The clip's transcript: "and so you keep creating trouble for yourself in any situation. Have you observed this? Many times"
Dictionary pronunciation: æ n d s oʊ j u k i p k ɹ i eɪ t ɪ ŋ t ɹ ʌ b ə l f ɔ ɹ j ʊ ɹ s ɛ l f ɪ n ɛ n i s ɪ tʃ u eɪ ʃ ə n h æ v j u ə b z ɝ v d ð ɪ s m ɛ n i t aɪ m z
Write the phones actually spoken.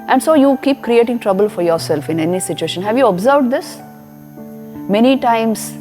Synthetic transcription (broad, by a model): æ n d s oʊ j u k i p k ɹ i eɪ t ɪ ŋ t ɹ ʌ b ə l f ɔ ɹ j ʊ ɹ s ɛ l f ɪ n ɛ n i s ɪ tʃ u eɪ ʃ ə n h æ v j u ə b z ɝ v d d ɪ s m ɛ n i t aɪ m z